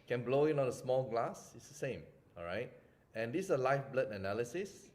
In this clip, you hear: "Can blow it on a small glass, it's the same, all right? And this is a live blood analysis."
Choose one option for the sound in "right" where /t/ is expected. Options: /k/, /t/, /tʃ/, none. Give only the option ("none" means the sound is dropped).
/t/